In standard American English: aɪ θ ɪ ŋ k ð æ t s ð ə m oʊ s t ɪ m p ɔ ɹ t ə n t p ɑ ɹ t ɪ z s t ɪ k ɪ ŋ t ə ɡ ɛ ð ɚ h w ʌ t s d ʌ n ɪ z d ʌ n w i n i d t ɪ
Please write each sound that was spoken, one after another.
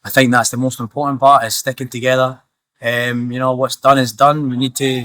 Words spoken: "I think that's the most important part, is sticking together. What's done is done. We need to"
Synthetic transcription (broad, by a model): aɪ θ ɪ ŋ k ð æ t s ð ə m oʊ s t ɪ m p ɔ ɹ t n p ɑ ɹ t ɪ z s t ɪ k ɪ ŋ t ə ɡ ɛ ð ɚ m w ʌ t s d ʌ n ɪ z d ʌ n w i n i d t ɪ